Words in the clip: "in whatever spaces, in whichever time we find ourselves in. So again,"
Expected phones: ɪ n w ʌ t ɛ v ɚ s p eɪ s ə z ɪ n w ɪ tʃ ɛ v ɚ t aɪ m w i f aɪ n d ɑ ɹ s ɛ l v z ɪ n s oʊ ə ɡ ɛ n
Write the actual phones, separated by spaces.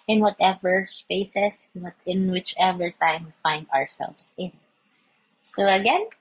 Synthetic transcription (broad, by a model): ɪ n w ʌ t ɛ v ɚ s p eɪ s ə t ɪ n w ɪ tʃ ɛ v ɚ t aɪ m w i f aɪ n d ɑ ɹ s ɛ l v s ɪ n s oʊ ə ɡ ɛ n